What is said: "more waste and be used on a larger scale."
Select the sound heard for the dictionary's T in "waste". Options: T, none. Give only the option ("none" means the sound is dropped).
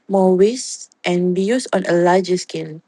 T